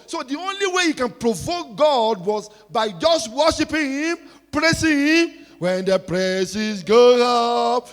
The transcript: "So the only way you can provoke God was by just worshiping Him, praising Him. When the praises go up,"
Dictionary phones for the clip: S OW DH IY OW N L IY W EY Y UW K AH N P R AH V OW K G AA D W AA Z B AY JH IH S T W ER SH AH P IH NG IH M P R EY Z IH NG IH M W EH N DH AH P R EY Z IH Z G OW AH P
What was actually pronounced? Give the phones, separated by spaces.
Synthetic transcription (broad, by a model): S OW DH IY OW N L IY W EY Y UW K AH N P R AH V OW K G AA D W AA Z B AY JH IH S T W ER SH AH P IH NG P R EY S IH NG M W EH N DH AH P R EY S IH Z G OW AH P